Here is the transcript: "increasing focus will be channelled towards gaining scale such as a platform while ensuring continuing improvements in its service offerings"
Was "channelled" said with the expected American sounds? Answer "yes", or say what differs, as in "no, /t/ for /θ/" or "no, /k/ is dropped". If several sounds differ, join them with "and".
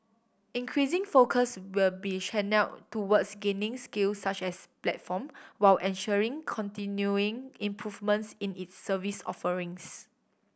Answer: no, /ʃ/ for /tʃ/